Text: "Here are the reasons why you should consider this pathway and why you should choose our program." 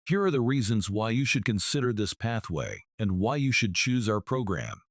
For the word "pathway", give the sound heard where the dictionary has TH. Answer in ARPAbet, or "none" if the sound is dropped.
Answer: TH